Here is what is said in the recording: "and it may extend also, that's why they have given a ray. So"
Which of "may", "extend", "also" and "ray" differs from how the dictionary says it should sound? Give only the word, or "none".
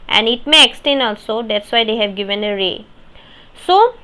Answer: extend